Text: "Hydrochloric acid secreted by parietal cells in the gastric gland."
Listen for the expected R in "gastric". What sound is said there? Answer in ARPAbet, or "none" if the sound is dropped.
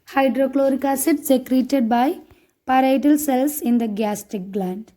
none